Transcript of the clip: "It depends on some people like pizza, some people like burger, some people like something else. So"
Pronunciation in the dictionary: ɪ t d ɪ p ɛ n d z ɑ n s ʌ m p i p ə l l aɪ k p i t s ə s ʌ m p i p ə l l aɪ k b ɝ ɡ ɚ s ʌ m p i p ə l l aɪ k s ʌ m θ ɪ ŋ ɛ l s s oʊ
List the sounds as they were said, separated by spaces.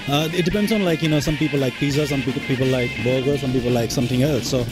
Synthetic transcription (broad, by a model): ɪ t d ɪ p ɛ n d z ɑ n s ʌ m p i p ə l l aɪ k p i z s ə s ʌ m p i p ə l l aɪ k b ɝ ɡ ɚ s ʌ m p i p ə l l aɪ k s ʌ m t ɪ ŋ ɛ l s s oʊ